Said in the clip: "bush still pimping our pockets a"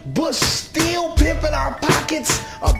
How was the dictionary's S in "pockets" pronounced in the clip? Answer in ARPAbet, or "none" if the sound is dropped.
S